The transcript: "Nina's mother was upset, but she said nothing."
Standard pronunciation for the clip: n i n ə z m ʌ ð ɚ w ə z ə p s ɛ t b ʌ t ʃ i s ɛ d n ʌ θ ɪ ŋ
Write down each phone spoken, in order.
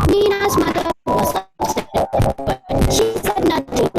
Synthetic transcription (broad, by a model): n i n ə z m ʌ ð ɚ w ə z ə s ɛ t b ʌ t ʃ i s ɛ d n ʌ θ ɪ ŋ